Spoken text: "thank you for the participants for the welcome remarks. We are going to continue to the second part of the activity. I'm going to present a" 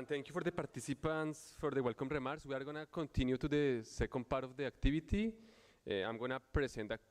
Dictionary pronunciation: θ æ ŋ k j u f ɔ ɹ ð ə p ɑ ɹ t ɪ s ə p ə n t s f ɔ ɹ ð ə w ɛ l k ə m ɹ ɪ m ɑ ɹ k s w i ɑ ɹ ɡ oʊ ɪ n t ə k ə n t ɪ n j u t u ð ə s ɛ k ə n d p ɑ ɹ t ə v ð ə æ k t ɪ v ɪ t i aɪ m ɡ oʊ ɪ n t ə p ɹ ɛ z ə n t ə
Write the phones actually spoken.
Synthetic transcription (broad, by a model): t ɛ ŋ k j u f ɔ ɹ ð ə p ɑ ɹ t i s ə p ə n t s f ɔ ɹ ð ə w ɛ l k ə m ɹ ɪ m ɑ ɹ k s w i ɑ ɹ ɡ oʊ n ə k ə n t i n j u t u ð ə s ɛ k ə n d p ɑ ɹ t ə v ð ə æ k t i b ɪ t i aɪ m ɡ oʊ n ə p ɹ ɛ s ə n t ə